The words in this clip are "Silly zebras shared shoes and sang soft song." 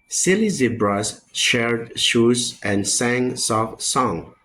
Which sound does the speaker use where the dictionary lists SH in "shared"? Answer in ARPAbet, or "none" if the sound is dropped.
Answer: SH